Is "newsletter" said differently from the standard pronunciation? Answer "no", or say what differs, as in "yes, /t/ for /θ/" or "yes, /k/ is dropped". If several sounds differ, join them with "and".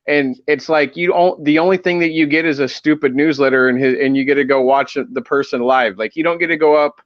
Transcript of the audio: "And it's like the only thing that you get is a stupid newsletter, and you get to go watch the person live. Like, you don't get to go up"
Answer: no